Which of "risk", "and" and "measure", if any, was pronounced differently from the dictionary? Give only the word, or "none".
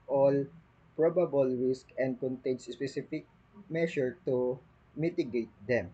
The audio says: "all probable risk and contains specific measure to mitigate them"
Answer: measure